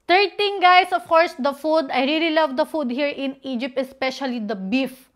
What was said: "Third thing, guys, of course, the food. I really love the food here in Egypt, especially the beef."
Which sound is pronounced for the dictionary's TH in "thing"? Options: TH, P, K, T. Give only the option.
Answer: T